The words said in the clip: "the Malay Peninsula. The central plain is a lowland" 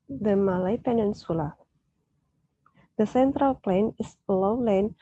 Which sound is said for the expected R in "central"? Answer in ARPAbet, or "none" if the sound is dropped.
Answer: R